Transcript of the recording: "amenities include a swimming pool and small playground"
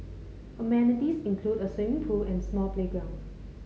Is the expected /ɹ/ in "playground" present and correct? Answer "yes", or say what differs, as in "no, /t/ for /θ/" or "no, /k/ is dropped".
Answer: no, /ɹ/ is dropped